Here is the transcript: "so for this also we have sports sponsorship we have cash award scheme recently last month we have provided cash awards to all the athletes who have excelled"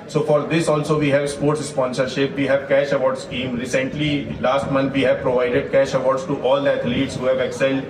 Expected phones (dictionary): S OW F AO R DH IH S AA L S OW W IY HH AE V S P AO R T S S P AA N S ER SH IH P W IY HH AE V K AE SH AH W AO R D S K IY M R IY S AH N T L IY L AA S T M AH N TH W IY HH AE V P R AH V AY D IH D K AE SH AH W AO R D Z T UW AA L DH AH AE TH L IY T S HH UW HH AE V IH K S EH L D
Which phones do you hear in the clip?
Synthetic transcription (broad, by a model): S OW F AO R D IH S AA L S OW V IY HH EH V S P AO R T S S P AA N S ER SH IH P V IY HH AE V K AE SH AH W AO R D S K IY M R IY S AH N T L IY L AA S T M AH N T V IY HH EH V P R AH V AY D IH D K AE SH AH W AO R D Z T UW AA L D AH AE T L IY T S HH UW HH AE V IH K S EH L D